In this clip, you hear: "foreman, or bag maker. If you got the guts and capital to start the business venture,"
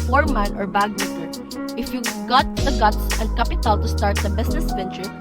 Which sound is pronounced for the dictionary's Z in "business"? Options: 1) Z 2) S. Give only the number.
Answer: 2